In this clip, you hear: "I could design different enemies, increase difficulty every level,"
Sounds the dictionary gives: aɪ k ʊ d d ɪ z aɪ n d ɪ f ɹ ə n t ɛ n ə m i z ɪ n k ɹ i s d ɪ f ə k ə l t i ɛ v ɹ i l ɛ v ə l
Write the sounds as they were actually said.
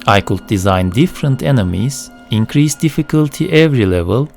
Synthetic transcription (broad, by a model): aɪ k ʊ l d ɪ z aɪ n d ɪ f ɹ ə n t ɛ n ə m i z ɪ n k ɹ i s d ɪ f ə k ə l t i ɛ v ɹ i l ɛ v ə l